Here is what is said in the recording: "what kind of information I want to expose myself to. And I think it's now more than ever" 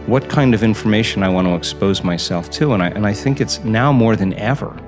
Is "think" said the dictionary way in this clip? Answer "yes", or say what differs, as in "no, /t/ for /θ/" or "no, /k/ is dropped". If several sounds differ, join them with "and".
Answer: yes